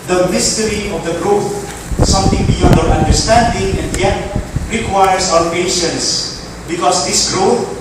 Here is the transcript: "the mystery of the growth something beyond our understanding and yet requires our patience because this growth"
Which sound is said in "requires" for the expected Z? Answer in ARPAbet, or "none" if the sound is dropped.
S